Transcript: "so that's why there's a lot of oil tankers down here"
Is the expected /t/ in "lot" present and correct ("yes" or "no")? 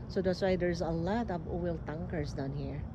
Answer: yes